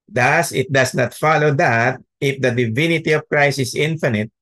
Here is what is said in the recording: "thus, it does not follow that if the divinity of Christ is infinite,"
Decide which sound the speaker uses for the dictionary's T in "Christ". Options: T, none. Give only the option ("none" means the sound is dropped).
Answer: none